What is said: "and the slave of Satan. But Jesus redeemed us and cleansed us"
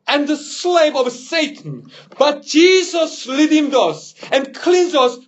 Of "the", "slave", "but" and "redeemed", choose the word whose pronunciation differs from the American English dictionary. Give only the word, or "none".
redeemed